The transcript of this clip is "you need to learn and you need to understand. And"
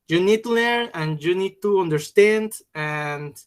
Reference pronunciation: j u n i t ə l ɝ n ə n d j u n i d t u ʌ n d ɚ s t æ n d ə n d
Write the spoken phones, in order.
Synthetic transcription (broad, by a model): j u n i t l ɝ ə n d j u n i d t u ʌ n d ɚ s t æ n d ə n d